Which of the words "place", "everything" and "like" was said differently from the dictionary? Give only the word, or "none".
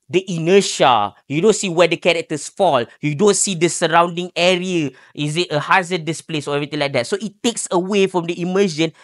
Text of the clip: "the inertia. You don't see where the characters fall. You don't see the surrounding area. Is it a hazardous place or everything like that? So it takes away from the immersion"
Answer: everything